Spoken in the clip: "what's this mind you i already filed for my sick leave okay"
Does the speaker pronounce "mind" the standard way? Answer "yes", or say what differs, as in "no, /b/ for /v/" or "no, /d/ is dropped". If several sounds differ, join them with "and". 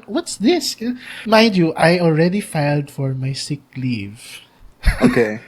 no, /n/ is dropped